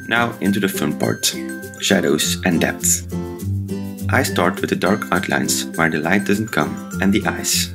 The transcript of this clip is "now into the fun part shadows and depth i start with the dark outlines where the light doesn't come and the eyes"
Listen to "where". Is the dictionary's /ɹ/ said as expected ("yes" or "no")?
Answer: yes